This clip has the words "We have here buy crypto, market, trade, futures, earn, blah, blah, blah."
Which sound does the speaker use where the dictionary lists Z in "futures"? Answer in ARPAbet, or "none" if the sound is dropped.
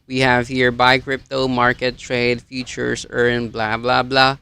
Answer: S